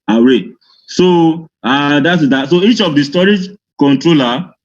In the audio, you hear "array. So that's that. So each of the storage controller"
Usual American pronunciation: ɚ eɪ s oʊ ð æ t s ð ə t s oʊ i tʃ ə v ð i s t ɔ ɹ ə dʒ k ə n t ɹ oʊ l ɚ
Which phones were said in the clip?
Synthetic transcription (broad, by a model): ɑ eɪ s oʊ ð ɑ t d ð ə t s oʊ i tʃ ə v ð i s t ɔ ɹ ə dʒ k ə n t ɹ oʊ l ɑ